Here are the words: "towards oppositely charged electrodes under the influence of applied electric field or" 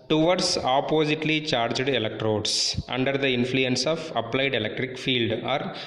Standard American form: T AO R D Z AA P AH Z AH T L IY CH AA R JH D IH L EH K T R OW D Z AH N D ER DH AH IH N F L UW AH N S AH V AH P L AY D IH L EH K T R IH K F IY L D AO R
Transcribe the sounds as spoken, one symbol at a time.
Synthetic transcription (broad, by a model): T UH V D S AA P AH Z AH T L IY CH AA R JH D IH L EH K T R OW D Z AH N D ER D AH IH N F L UW AH N S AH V AH P L AY D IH L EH K T R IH K F IY L D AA R